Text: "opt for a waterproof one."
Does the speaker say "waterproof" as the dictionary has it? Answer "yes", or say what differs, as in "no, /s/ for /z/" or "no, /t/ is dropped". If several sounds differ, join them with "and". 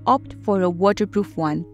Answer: yes